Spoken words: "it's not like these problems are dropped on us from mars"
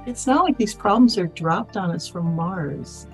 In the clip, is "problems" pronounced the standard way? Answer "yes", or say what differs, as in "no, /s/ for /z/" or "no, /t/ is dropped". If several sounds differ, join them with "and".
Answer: yes